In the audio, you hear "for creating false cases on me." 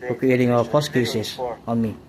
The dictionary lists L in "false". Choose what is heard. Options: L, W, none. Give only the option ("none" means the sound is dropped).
none